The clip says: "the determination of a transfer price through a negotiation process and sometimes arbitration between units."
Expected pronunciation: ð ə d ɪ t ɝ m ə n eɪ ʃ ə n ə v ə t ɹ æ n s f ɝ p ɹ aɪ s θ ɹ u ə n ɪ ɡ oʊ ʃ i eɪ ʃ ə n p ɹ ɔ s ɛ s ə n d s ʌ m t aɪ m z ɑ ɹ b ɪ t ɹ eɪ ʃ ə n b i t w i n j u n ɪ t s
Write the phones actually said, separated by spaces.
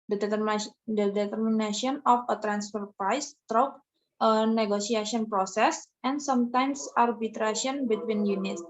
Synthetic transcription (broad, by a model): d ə d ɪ t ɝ m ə n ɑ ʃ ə n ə f ə t ɹ æ n s f ɝ p ɹ aɪ s t ɹ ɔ ə n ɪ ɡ oʊ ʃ i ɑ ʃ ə n p ɹ ɔ s ɛ s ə n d s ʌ m t aɪ m s ɑ ɹ b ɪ t ɹ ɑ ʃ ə n b i t w i n j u n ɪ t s